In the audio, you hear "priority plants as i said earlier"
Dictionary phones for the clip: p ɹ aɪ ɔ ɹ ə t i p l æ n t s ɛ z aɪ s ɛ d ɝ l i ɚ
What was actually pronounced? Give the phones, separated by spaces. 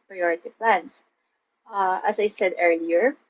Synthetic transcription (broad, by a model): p ɹ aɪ ɔ ɹ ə t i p l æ n s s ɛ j s ɛ d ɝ l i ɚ